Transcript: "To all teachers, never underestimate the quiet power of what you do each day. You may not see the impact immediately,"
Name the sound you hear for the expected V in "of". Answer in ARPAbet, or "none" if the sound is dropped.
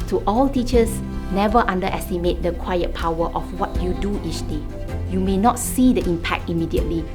F